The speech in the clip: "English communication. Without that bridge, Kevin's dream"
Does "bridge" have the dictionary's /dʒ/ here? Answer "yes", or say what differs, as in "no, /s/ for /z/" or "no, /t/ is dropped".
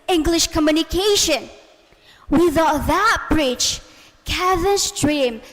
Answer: no, /tʃ/ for /dʒ/